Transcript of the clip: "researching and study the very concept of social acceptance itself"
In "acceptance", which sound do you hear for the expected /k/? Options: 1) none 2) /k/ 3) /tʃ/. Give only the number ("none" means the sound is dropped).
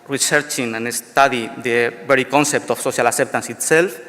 1